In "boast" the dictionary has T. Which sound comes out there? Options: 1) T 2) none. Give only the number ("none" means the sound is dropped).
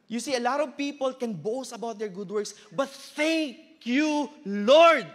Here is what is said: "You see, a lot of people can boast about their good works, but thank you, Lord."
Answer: 2